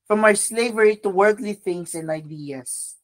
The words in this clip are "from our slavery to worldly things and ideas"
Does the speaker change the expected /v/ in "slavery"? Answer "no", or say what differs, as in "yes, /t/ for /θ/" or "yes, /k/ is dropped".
no